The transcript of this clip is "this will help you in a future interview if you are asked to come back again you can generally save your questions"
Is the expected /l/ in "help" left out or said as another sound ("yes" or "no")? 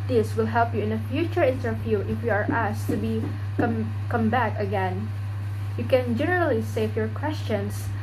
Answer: no